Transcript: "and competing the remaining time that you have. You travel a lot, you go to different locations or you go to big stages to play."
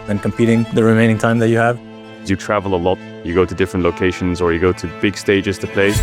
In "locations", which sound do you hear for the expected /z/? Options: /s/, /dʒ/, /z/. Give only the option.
/z/